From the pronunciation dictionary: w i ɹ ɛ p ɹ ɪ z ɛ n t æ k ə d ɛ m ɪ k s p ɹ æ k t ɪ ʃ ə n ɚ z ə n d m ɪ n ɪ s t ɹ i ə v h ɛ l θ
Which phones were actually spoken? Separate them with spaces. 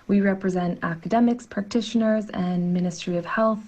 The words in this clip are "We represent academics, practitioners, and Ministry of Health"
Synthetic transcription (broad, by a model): w i ɹ ɛ p ɹ ɪ z ɛ n t æ k ə d ɛ m ɪ k s p ɹ æ k t ɪ ʃ ə n ɚ z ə n m ɪ n ɪ s t ɹ i ə v h ɛ l θ